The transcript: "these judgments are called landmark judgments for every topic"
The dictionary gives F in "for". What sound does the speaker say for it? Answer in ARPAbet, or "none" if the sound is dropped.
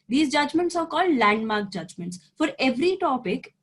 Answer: F